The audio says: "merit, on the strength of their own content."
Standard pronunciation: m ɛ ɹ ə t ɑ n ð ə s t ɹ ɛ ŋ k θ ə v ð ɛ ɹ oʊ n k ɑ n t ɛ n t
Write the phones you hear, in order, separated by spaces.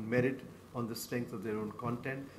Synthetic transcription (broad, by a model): m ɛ ɹ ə t ɑ n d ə s t ɹ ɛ ŋ k t ə v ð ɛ ɹ oʊ n k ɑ n t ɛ n t